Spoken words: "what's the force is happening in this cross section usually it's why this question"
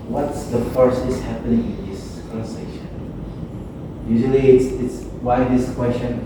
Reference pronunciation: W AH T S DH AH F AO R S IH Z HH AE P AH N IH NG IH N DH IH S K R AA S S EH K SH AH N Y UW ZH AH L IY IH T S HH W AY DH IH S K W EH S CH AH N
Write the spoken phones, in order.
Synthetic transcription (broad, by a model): W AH T S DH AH F AO R S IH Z HH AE P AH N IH NG IH N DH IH S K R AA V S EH SH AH N Y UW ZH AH L IY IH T S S W AY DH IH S K W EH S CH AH N